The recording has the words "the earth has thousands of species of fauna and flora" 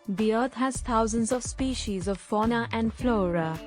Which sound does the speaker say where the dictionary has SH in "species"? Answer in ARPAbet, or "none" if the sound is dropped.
SH